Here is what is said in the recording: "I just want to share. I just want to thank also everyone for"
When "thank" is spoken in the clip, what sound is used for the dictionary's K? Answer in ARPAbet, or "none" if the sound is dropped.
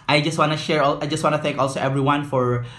K